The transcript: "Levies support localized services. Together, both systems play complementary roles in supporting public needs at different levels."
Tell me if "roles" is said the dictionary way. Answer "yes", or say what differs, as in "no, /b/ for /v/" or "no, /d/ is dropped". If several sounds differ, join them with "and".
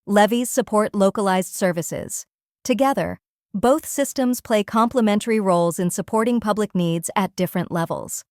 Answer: yes